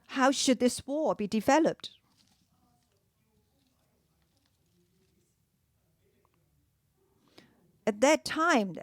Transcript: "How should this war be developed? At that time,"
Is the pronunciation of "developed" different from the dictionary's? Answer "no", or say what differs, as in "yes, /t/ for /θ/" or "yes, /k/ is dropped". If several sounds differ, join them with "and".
no